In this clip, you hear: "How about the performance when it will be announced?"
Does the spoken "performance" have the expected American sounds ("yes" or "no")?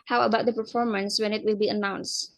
yes